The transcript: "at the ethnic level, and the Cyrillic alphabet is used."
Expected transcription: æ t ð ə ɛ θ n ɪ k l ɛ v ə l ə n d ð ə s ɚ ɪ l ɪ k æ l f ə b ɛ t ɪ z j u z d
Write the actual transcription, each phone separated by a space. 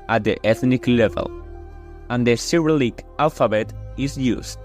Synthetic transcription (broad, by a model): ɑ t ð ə ɛ θ n ɪ k l ɛ v ə l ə n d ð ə s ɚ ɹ l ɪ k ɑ l f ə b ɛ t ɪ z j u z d